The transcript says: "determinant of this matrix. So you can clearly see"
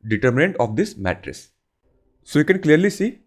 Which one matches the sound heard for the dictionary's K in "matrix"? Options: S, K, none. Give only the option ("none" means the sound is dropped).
none